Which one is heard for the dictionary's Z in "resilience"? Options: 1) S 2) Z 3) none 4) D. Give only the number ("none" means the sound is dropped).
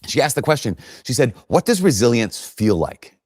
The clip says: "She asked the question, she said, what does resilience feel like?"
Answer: 2